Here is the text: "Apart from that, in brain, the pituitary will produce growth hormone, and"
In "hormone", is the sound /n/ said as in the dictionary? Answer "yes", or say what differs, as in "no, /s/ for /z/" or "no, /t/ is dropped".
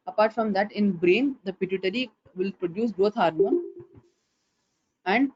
no, /n/ is dropped